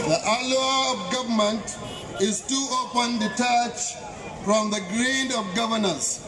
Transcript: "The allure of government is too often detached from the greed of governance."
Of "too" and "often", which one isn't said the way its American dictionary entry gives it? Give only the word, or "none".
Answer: often